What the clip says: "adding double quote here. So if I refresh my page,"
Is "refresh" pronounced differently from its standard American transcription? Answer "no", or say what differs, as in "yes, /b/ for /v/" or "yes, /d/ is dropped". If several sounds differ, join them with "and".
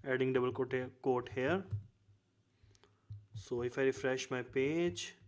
no